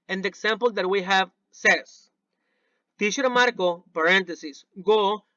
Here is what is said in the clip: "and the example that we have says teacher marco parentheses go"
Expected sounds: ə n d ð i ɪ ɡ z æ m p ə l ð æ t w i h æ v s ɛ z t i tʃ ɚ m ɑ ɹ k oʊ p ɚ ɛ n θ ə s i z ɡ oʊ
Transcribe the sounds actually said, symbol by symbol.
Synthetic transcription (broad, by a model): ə n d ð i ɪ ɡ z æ m p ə l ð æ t w i h æ v s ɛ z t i ʃ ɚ m ɑ ɹ k oʊ p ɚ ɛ n t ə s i s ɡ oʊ